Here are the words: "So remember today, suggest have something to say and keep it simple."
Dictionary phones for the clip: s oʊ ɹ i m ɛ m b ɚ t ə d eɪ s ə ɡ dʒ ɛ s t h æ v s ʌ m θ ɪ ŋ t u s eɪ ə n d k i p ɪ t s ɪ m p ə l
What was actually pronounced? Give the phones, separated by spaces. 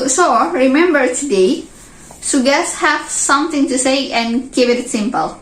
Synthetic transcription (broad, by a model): s oʊ ɹ i m ɛ m b ɚ t ə d eɪ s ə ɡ ɛ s h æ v s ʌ m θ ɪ ŋ t u s eɪ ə n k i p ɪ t s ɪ m p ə l